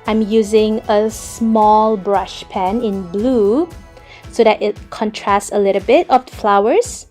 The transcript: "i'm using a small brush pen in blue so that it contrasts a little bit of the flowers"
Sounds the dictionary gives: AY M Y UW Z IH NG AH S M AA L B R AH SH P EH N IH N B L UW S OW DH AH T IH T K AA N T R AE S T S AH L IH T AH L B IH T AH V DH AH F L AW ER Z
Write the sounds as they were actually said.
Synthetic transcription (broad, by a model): AY M Y UW Z IH NG AH S M AA L B R AH SH P EH N IH N B L UW S OW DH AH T IH T K AA N T R AE S T S AH L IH T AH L B IH T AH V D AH F L AW ER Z